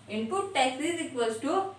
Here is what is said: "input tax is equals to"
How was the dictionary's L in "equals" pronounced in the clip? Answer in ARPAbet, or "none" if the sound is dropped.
none